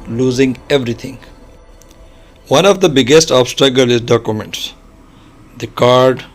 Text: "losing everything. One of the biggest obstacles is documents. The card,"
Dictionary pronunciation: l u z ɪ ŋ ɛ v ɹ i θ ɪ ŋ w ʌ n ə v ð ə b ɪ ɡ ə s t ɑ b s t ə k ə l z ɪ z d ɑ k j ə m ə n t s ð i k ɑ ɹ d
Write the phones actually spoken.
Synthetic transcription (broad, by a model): l u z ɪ ŋ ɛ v ɹ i t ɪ ŋ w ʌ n ə v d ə b ɪ ɡ ə s t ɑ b s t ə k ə l ɪ z d ɑ k j ə m ə n t s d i k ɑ ɹ d